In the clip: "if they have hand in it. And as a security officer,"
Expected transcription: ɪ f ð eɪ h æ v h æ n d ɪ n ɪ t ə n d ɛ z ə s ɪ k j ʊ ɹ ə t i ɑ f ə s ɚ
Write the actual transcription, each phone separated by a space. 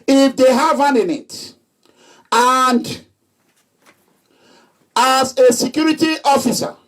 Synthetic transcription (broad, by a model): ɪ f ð eɪ h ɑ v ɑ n ɪ n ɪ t ə n d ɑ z ə s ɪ k j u ɹ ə t i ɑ f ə s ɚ